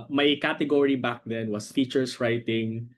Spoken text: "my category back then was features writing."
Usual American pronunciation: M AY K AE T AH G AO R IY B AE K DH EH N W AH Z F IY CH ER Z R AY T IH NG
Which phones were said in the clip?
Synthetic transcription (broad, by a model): M AY K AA T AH G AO R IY B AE K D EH N W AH S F IY CH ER S R AY T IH NG